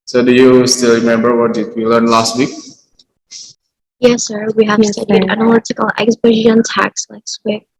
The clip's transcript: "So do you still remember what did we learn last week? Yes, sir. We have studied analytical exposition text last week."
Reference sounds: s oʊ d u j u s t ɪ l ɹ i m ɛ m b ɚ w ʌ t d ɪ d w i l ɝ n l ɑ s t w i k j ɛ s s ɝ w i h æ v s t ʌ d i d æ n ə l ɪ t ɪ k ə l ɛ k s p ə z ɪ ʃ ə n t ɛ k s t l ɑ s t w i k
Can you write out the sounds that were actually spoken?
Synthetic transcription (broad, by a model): s oʊ d u j u s t ɪ l ɹ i m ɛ m b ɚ w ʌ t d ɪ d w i l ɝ n l ɑ s t w i k j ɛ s s ɝ w i h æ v s t ʌ d i d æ n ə l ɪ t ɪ k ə l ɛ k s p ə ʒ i ə n t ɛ k s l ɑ s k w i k